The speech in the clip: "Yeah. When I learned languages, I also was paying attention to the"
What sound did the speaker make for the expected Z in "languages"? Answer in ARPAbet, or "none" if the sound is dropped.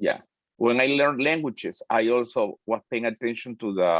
S